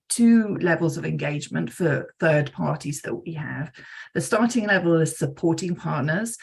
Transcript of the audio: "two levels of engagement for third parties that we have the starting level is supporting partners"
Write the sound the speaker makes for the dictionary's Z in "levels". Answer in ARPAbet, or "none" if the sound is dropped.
Z